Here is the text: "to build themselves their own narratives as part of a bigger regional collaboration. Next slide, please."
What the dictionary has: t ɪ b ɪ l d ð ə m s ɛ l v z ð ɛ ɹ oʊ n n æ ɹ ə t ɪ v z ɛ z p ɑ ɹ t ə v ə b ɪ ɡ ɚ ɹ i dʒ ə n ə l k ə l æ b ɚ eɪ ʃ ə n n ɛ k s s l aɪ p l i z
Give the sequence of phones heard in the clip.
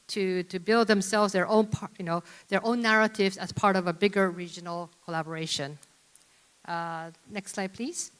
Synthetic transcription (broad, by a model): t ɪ b ɪ l d ð ə m s ɛ l v z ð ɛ ɹ oʊ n n æ ɹ ə t ɪ v z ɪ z p ɑ ɹ t ə v ə b ɪ ɡ ɚ ɹ i dʒ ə n l k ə l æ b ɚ eɪ ʃ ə n n ɛ k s s l aɪ p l i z